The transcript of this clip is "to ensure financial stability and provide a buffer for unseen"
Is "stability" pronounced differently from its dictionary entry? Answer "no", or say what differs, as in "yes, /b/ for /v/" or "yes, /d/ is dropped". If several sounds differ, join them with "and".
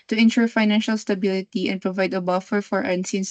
no